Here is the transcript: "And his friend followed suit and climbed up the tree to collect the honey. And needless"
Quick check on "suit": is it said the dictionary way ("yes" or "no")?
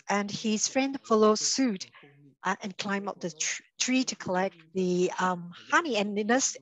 yes